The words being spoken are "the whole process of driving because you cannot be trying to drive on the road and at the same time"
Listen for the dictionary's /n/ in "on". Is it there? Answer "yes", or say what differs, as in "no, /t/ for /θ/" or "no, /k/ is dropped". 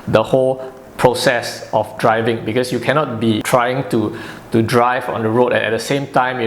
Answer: yes